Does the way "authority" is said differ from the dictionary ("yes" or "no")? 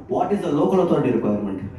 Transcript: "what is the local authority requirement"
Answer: yes